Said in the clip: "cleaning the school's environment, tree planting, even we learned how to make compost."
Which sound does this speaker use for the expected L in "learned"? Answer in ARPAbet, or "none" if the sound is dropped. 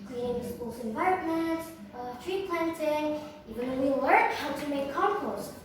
W